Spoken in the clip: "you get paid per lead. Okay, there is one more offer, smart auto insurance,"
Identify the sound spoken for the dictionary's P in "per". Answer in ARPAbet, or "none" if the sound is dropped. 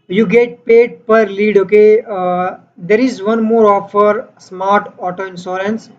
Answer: P